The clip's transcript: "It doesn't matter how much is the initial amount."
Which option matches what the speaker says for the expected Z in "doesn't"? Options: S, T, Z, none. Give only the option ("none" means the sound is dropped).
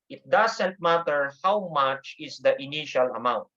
S